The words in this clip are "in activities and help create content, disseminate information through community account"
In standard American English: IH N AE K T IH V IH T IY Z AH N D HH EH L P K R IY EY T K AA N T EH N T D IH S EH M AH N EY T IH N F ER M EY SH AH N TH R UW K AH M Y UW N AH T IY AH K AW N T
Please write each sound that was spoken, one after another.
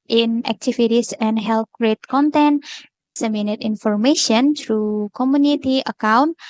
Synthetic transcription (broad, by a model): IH N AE K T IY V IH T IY S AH N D HH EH L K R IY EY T K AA N T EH N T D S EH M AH N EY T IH N F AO M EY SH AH N T R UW K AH M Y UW N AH T IY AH K AW N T